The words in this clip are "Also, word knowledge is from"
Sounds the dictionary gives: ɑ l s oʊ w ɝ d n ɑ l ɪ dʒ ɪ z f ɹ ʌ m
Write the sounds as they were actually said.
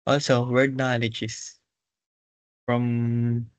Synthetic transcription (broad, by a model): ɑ l s oʊ w ɝ d n ɑ l ɪ dʒ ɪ s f ɹ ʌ m